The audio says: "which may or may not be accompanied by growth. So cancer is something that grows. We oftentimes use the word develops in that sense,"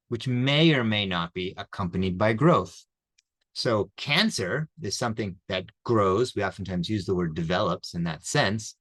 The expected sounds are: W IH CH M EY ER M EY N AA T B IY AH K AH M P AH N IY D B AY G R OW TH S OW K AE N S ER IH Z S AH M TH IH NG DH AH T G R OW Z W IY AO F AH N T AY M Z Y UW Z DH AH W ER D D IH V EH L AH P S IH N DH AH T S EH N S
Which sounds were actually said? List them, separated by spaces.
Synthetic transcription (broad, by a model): W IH CH M EY ER M EY N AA T B IY AH K AH M P AH N IY D B AY G R OW TH S OW K AE N S ER IH Z S AH M TH IH NG DH AH T G R OW Z W IY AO F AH N T AY M Z Y UW Z DH AH W ER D D IH V EH L AH P S IH N DH AH T S EH N S